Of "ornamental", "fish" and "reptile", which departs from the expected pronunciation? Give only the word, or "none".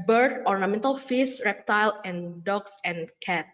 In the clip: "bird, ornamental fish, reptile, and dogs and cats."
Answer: fish